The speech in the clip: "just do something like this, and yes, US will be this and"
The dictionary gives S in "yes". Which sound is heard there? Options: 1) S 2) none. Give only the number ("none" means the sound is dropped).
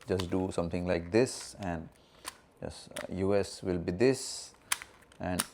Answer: 2